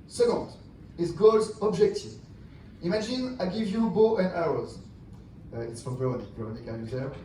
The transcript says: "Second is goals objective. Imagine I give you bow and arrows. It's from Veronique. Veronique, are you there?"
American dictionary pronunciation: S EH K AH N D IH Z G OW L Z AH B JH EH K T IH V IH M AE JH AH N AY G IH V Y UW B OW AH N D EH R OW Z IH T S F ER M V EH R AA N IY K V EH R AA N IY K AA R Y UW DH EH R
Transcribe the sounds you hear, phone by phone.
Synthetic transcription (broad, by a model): S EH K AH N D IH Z G OW L Z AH B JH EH K T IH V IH M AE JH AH N AY G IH V Y UW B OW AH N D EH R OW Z IH T S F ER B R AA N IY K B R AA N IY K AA L Y UW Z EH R